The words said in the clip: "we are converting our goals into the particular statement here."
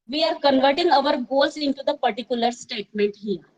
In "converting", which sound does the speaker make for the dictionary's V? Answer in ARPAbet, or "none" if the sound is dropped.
V